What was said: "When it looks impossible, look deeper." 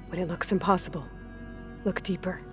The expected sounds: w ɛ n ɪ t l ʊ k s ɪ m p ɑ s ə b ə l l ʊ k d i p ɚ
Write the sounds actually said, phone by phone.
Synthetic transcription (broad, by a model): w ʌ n ɪ t l ʊ k s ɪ m p ɑ s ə b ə l l ʊ k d i p ɚ